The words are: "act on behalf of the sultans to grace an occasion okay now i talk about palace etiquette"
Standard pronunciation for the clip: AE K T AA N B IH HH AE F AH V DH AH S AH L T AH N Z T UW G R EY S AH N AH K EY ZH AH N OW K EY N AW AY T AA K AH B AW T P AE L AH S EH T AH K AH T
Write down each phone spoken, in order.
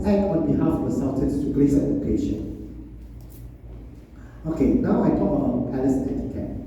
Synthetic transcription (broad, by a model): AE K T AA N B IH HH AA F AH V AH S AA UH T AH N S T UW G L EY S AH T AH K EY SH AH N OW K EY N AW AY T AA K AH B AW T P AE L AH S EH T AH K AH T